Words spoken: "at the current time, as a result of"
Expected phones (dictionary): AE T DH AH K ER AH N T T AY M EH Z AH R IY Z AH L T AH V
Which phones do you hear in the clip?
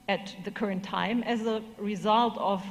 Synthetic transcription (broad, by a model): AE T DH AH K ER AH N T T AY M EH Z AH R IY Z AH L T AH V